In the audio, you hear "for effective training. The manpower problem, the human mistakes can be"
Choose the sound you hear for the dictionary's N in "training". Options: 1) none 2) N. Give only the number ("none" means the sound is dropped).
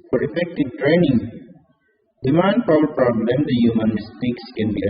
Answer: 2